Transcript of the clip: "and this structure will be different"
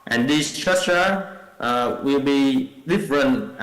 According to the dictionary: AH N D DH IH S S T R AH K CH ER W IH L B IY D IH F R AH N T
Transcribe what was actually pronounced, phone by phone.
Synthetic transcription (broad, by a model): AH N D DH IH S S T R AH CH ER W IH L B IY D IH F R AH N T